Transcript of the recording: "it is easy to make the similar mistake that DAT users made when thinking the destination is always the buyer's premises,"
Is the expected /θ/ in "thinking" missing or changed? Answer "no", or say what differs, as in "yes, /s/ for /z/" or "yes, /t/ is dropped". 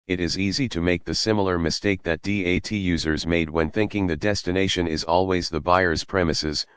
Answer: no